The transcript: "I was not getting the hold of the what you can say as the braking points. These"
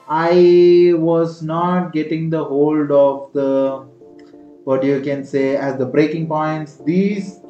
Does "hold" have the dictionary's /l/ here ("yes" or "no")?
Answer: yes